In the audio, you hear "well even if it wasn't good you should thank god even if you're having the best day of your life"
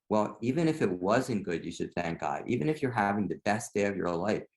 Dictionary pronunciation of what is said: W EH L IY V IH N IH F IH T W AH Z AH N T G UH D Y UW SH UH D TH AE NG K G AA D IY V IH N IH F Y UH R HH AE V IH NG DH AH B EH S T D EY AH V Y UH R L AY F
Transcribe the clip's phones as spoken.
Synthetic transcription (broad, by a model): W EH L IY V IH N IH F IH T W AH Z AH N G UH D Y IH SH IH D TH AE NG K G AA D IY V IH N IH F Y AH R HH AE V IH NG DH AH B EH S D EY AH V Y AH R L AY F